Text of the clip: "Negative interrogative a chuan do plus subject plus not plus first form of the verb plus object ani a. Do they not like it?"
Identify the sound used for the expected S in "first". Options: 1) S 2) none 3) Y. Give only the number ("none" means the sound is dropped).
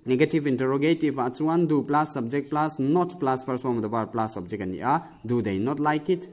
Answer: 2